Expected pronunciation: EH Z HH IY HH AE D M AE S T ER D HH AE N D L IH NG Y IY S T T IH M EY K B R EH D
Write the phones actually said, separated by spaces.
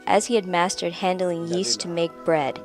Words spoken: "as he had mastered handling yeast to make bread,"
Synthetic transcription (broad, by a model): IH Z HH IY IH D M AE S T ER D HH AE N D L IH NG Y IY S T T IH M EY K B R EH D